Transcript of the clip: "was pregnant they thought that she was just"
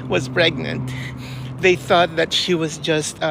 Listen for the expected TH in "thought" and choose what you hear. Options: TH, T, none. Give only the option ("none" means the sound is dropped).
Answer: TH